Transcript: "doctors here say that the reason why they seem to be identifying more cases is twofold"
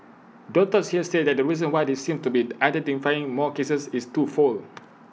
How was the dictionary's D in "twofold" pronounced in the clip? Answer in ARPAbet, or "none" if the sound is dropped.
none